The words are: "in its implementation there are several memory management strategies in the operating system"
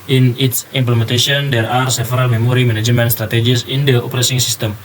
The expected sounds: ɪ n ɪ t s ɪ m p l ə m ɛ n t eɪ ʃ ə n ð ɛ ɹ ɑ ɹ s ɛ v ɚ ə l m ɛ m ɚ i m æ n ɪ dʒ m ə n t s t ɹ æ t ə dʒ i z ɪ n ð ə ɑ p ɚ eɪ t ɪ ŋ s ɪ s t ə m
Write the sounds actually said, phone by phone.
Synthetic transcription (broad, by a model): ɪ n ɪ t s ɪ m p l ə m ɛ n t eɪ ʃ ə n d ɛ ɹ ɑ ɹ s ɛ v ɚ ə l m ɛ m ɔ i m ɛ n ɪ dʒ m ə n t s t ɹ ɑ t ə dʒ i s ɪ n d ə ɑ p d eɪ s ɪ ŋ s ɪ s t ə m